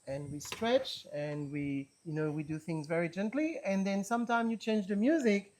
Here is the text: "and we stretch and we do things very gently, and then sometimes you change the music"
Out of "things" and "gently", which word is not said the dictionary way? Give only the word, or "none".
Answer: none